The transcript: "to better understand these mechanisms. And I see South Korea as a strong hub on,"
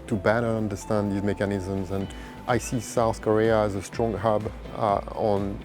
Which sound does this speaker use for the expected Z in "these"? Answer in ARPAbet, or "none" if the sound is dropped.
Z